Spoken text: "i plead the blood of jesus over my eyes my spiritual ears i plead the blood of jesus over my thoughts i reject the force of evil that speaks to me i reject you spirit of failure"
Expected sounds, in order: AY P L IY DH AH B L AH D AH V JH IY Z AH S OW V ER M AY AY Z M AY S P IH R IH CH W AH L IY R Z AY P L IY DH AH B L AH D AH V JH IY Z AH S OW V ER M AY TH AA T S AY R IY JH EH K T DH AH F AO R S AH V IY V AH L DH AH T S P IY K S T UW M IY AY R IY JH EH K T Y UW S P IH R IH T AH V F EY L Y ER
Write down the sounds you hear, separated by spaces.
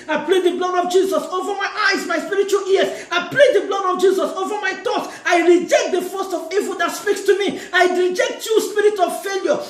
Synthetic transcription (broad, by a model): AY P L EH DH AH B L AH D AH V JH IY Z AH S OW V ER M AY AY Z M AY S P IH R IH CH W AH L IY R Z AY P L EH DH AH B L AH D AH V JH IY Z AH S OW V ER M AY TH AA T AY R IY JH EH K T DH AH F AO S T AH V IY V AH L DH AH T S P IY K S T UW M IY AY R IY JH EH K T Y UW S P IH R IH T AH V F EY L Y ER